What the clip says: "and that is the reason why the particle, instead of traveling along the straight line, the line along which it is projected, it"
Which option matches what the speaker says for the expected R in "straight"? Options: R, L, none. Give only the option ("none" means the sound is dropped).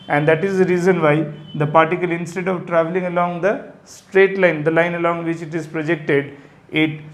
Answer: R